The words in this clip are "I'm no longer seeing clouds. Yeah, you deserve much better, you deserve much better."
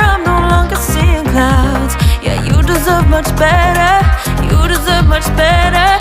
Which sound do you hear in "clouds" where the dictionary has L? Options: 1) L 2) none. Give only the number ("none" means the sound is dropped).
2